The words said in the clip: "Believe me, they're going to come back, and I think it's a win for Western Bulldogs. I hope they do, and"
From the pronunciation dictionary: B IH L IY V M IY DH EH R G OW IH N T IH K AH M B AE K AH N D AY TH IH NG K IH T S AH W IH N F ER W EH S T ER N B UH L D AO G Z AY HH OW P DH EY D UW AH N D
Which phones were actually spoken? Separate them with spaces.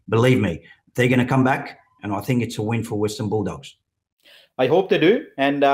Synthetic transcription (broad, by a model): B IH L IY V M IY DH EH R G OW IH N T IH K AH M B AE K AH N AY TH IH NG K IH T S AH W IH N F ER W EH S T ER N B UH L D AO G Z AY HH OW P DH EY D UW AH N